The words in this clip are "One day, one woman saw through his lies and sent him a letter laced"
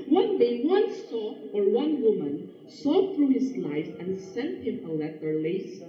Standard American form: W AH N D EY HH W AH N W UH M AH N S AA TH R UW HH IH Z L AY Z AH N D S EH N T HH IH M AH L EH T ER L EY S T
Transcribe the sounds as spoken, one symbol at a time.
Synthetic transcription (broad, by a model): W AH N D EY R W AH N W UH M AH N S AA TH R UW HH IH S L AY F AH N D S EH N T HH IH M AH L EH T ER L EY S